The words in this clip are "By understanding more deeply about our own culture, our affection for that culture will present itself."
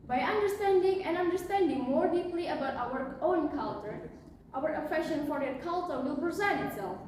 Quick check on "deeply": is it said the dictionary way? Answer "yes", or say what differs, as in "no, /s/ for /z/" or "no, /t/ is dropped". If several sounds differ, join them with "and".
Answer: yes